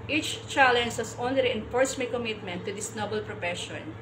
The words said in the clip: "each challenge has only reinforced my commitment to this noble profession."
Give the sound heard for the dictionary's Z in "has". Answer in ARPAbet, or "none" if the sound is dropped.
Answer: S